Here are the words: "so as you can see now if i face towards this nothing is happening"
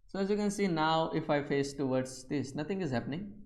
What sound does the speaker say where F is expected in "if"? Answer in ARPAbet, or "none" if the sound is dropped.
F